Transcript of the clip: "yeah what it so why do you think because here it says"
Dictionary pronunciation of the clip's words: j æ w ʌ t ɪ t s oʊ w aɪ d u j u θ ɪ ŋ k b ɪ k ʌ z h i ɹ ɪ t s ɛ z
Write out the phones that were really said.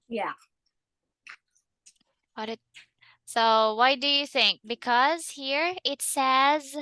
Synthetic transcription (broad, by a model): j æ w ʌ t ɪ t s oʊ w aɪ d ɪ j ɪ θ ɪ ŋ k b ɪ k ʌ z h i ɹ ɪ t s ɛ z